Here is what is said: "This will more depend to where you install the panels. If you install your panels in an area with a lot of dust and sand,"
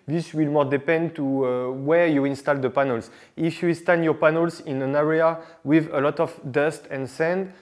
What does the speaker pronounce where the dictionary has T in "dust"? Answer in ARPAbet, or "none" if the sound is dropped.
T